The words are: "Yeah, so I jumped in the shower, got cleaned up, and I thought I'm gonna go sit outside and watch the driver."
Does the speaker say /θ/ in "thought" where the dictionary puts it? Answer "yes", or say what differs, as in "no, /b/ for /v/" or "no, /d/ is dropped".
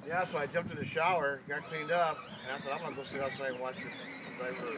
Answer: no, /s/ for /θ/